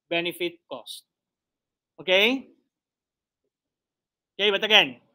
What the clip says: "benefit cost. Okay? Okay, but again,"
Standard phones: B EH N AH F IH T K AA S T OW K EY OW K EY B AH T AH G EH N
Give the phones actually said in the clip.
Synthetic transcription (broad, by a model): B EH N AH F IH T K AA S T OW K EY OW K EY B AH T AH G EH N